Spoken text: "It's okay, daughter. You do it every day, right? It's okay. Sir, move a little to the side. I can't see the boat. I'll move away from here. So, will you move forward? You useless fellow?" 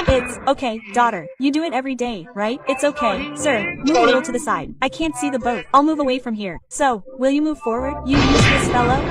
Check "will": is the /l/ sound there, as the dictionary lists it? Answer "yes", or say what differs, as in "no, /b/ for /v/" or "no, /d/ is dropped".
yes